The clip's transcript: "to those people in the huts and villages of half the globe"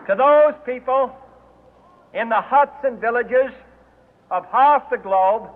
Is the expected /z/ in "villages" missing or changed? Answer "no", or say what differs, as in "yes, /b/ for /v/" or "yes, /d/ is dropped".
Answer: no